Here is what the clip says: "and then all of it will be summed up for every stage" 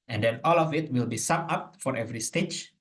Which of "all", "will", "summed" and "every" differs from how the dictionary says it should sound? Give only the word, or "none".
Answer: summed